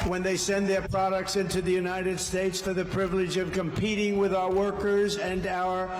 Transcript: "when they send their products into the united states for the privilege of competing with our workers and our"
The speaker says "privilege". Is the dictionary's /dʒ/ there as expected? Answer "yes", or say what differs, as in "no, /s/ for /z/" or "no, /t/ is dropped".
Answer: yes